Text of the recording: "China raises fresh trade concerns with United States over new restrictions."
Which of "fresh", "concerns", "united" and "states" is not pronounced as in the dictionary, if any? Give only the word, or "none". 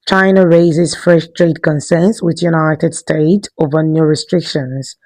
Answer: concerns